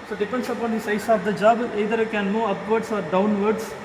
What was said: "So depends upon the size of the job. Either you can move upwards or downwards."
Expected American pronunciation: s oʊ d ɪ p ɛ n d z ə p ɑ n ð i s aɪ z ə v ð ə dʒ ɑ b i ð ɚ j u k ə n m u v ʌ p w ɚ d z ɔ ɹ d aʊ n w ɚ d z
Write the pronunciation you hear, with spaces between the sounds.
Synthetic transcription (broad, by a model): s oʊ d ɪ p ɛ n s ə p ɑ n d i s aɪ s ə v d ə dʒ ɑ b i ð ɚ k ə n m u ʌ p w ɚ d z ɔ ɹ d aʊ n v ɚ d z